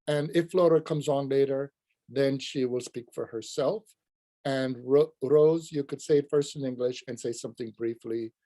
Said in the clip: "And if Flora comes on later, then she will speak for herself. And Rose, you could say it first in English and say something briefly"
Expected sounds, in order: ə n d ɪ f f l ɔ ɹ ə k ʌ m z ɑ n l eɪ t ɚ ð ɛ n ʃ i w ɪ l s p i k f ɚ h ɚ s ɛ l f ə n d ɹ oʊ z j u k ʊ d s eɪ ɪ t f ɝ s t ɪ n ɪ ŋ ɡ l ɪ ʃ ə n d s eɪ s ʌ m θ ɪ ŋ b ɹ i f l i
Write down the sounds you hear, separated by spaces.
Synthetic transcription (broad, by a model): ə n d ɪ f f l ɔ ɹ ə k ʌ m z n l eɪ t ɚ ð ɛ n ʃ i w ɪ l s p i k f ɚ h ɚ s ɛ l f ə n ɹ ɹ oʊ z j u k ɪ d s eɪ ɪ t f ɝ s t ɪ n ɪ ŋ ɡ l ɪ ʃ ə n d s eɪ s ʌ m θ ɪ ŋ b ɹ i f l i